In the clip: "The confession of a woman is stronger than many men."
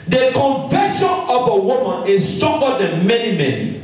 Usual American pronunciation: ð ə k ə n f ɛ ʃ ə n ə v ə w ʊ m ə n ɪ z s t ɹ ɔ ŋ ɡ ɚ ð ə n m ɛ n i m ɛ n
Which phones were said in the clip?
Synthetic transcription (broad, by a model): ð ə k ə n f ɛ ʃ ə n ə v ə w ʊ m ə n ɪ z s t ɔ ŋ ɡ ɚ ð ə n m ɛ n i m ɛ n